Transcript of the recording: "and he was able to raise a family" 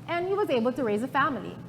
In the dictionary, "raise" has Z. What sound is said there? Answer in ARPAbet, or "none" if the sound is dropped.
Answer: Z